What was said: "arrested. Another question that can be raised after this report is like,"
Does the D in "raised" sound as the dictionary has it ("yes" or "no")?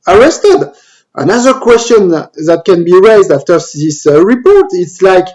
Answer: yes